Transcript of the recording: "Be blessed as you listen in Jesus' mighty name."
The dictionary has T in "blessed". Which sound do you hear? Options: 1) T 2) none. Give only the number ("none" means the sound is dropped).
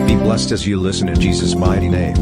1